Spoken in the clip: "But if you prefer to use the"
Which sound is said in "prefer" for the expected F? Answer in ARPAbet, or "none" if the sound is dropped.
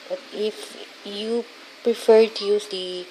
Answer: F